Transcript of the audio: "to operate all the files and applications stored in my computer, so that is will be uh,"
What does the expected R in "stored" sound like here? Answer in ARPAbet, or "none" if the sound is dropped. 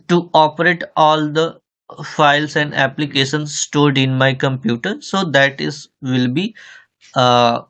R